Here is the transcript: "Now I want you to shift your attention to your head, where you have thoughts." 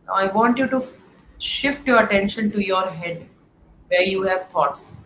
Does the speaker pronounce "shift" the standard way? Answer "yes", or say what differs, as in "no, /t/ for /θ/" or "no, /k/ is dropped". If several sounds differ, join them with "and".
yes